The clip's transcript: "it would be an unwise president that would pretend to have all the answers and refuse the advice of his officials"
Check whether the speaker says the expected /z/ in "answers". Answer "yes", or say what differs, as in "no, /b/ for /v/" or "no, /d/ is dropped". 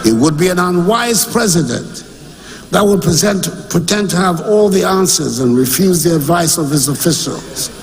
yes